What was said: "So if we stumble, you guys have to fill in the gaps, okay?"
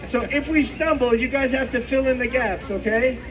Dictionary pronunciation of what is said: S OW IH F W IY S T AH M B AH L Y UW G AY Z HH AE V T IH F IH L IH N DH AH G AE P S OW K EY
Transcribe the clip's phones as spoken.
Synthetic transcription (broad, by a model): S OW IH F W IY S T AH M B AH L Y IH G AY Z HH AE F T IH F IH L IH N DH AH G AE P S OW K EY